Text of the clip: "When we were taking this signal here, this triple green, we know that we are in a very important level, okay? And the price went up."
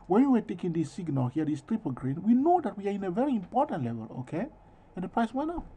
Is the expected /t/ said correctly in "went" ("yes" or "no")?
no